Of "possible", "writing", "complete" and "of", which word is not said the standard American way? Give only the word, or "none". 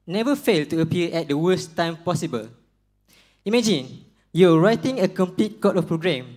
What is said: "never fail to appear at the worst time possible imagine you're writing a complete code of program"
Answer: of